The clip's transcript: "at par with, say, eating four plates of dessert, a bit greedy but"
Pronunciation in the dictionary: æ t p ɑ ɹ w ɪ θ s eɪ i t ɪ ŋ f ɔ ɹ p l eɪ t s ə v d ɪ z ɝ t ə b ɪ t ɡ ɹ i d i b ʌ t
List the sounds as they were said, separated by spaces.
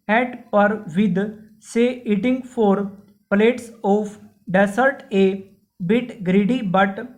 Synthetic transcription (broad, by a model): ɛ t p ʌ ɹ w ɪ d s eɪ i t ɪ ŋ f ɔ ɹ p l eɪ t s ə p d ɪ s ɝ t ə b ɪ t ɡ ɹ i d i b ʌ t